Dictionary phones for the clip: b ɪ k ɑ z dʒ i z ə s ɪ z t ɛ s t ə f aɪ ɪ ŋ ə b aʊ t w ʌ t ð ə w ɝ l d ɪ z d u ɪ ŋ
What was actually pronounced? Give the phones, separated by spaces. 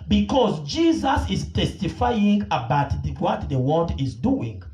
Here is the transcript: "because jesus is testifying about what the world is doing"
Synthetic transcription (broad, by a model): b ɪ k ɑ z dʒ i z ə s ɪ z t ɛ s t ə f aɪ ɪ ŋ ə b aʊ t w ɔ t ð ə w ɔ n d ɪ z d u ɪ ŋ